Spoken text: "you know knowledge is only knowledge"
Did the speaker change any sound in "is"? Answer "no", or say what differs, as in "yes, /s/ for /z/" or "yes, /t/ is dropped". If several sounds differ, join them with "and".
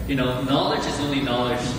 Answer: no